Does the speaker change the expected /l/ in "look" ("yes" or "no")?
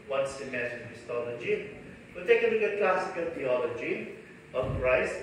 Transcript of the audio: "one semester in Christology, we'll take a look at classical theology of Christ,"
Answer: yes